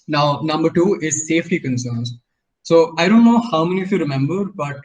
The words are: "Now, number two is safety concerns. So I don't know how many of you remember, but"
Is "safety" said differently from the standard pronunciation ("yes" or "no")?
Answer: no